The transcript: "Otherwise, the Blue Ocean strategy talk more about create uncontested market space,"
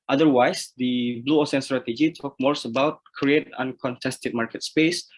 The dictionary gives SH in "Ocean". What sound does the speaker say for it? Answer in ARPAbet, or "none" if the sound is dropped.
S